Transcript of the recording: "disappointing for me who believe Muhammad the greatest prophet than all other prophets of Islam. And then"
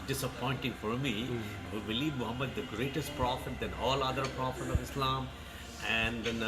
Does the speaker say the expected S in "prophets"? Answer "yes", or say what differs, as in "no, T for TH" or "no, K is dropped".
no, S is dropped